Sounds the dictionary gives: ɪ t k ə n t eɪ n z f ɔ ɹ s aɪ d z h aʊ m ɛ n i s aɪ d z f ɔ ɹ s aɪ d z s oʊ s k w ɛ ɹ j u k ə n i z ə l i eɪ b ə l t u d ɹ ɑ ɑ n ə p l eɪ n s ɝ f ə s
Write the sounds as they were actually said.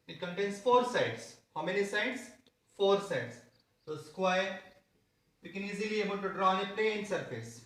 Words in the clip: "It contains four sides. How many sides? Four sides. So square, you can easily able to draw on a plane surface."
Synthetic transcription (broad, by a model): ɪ t k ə n t eɪ n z f ɔ ɹ s aɪ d s h aʊ m ɛ n i s aɪ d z f ɔ ɹ s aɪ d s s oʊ s k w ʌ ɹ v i k ə n i z ə l i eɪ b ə n t u d ɹ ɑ ɑ n ə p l eɪ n s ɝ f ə s